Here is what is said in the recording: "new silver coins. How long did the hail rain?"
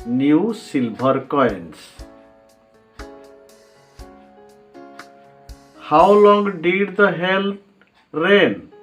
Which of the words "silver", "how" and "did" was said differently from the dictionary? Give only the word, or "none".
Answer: silver